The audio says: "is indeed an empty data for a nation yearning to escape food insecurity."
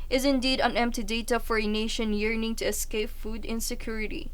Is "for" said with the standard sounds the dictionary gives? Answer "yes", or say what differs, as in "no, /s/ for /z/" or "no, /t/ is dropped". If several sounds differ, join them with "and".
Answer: yes